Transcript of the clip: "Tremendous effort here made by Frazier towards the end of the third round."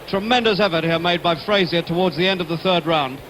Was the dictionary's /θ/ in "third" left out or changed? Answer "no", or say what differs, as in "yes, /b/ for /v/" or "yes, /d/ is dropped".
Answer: no